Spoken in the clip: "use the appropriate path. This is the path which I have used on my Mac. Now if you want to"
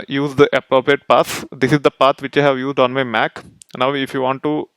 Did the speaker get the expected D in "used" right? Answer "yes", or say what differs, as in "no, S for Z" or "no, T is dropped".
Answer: yes